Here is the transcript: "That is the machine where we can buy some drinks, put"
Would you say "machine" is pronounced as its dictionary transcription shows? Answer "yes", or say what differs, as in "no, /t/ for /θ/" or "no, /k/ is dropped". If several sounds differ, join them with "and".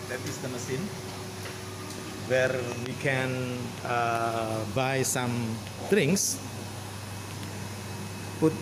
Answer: no, /s/ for /ʃ/